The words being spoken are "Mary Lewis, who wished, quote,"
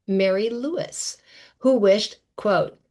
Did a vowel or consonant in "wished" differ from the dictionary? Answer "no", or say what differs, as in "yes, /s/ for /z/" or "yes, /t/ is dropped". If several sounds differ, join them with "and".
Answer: no